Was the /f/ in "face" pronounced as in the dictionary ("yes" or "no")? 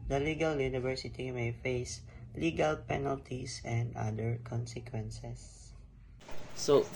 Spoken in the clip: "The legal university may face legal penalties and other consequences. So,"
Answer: yes